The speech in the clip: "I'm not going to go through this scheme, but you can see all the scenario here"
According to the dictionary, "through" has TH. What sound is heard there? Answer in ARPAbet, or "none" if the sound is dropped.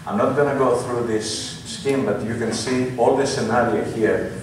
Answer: TH